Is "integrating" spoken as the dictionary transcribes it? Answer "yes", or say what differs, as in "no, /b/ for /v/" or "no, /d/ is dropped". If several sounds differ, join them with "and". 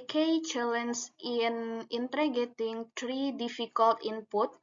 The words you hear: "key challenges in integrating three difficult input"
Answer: no, /ɹ/ is dropped